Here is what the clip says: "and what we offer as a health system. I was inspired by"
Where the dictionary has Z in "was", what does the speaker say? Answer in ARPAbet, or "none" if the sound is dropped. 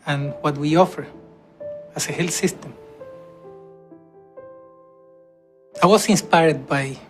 S